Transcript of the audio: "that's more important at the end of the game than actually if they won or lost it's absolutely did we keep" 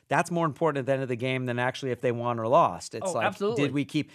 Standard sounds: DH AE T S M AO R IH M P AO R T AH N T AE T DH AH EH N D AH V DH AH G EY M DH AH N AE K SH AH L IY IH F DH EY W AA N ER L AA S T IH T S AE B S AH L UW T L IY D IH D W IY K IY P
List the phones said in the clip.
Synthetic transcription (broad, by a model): DH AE T S M AO R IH M P AO R T N DH AH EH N AH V DH AH G EY M DH AH N AE K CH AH L IY IH F DH EY W AA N ER L AA S T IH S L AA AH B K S D IH D W IY K IY P